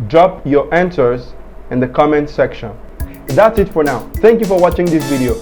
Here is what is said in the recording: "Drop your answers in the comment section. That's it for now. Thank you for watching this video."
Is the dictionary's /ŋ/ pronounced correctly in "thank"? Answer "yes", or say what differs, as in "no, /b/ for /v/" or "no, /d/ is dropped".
yes